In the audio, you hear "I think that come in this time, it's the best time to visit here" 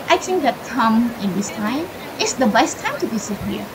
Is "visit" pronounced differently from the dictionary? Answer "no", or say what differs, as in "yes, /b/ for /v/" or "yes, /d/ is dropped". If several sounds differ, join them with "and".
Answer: yes, /b/ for /v/ and /s/ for /z/